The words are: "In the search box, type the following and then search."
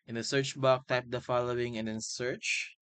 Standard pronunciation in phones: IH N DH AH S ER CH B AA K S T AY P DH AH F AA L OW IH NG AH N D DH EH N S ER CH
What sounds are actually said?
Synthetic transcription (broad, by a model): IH N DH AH S ER CH B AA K T AY P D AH F AA L OW IH NG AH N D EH N S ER CH